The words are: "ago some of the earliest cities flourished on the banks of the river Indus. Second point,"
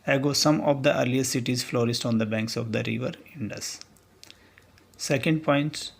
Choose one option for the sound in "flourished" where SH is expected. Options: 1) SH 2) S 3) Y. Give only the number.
2